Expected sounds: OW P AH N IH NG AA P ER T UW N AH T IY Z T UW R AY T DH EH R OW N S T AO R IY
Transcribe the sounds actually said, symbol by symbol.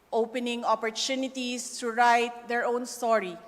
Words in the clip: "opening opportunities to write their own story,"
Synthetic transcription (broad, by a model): OW P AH N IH NG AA P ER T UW N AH T IY S T UW R AY T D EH R OW N S T AO R IY